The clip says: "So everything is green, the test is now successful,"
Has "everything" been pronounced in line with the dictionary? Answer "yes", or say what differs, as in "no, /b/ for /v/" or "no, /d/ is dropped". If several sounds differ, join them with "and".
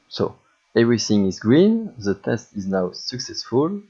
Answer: yes